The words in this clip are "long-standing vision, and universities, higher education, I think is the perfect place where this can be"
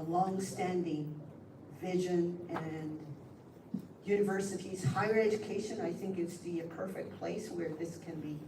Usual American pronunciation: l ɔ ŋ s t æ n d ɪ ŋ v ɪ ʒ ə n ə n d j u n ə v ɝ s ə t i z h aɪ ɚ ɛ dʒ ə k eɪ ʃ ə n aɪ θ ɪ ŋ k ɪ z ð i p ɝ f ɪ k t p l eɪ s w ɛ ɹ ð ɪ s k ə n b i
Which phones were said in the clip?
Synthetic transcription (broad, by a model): l ɔ ŋ s t æ n d ɪ ŋ v ɪ ʒ ə n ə n j u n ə v ɝ s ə t i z h aɪ ɚ ɛ dʒ ə k eɪ ʃ ə n aɪ θ ɪ ŋ k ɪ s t i p ɝ f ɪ k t p l eɪ s w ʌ ɹ ð ɪ s k ə n b i